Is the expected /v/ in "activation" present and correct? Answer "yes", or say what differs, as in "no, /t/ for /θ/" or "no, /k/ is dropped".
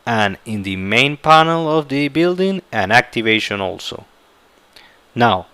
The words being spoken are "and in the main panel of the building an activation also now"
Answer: yes